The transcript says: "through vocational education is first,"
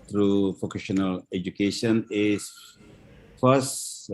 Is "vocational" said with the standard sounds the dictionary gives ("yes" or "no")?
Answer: no